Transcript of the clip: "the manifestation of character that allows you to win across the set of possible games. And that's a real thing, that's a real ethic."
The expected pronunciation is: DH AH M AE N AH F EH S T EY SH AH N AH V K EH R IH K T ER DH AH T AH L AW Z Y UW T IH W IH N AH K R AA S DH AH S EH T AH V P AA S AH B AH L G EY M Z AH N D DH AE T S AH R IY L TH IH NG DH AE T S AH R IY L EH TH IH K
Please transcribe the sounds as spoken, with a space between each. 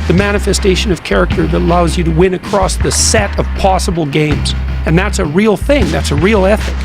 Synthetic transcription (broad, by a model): DH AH M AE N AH F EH S T EY SH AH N AH V K EH R IH K T ER DH AH T AH L AW Z Y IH T IH W IH N AH K R AA S DH AH S EH T AH V P AA S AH B L G EY M Z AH N DH AE T S AH R IY L TH IH NG DH AE T S AH R IY L EH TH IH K